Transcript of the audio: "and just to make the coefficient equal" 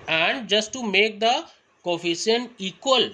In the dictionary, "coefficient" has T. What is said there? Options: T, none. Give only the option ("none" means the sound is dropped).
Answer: none